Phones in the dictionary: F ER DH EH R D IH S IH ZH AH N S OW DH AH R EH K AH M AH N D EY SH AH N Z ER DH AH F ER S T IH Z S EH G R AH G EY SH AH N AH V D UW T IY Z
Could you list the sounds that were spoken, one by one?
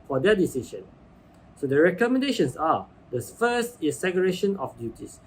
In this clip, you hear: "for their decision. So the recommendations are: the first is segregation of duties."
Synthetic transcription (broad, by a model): F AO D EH D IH S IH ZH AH N S OW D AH R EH K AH M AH N D EY SH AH N S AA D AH F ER S T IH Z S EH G AH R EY SH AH N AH F D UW T IY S